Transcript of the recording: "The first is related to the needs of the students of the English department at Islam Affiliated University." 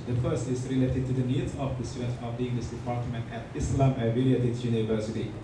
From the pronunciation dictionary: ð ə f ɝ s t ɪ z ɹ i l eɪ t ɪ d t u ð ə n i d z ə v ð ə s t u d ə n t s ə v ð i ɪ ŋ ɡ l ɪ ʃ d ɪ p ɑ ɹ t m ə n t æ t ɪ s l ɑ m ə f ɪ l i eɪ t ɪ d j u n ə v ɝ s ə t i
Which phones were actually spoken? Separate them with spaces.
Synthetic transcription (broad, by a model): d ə f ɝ s t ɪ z ɹ i l eɪ t ɪ d t u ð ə n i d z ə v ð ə s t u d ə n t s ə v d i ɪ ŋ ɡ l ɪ s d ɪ p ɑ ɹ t m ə n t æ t ɪ s l ɑ m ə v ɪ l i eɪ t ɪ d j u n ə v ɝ s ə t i